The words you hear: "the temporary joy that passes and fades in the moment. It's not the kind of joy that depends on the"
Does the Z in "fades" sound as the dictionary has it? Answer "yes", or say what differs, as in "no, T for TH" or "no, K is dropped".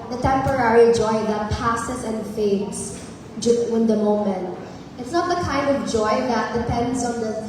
no, S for Z